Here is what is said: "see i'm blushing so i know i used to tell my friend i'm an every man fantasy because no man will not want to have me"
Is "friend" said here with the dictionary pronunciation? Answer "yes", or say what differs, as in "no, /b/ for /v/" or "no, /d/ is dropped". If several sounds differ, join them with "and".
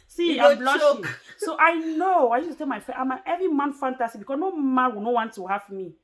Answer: no, /d/ is dropped